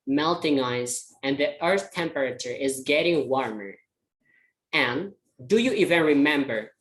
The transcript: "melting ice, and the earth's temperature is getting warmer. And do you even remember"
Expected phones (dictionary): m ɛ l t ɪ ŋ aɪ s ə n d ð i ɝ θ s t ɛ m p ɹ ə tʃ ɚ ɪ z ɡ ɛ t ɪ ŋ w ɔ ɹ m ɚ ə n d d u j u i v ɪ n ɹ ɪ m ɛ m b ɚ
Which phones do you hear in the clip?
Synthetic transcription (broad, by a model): m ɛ l t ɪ ŋ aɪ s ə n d ð i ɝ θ t ɛ m p ɹ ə tʃ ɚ ɪ z ɡ ɛ t ɪ ŋ w ɔ ɹ m ɚ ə n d d u j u i v ɪ n ɹ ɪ m ɛ m b ɚ